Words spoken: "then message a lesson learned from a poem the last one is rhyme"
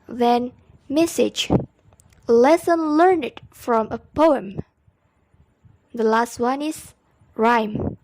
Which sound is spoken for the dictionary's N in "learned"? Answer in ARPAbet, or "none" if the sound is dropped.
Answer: N